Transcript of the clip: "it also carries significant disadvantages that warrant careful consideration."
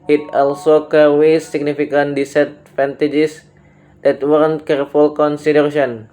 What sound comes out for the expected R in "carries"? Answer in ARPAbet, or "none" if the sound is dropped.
W